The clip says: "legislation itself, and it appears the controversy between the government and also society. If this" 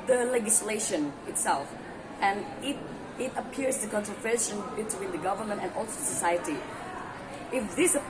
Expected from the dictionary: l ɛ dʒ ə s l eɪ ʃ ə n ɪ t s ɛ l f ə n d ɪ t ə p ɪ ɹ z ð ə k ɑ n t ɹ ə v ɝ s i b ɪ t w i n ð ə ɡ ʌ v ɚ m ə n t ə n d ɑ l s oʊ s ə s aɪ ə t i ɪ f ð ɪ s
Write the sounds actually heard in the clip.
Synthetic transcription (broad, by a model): l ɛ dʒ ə s l eɪ ʃ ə n ɪ t s ɛ l f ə n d ɪ t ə p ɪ ɹ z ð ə k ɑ n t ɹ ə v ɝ ʃ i b ɪ t w i n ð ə ɡ ʌ v ɚ m ə n t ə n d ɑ l s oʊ s ə s aɪ ə t i ɪ f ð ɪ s